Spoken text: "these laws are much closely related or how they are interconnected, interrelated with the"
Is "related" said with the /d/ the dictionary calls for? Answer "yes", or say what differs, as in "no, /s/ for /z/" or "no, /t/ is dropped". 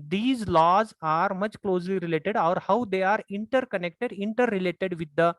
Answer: yes